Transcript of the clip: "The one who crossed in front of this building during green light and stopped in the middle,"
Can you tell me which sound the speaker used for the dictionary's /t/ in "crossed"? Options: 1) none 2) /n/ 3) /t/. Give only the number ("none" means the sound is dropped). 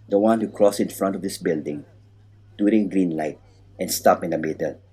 1